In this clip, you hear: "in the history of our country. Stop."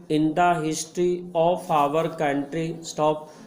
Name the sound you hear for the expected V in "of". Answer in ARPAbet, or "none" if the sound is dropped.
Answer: P